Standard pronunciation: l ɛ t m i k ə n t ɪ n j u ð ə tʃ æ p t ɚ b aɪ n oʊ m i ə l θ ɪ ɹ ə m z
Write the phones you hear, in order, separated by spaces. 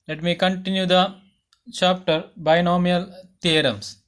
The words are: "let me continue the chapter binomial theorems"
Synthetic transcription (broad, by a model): l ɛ t m i k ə n t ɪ n j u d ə tʃ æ p t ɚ b aɪ n oʊ m i ə l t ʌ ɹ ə m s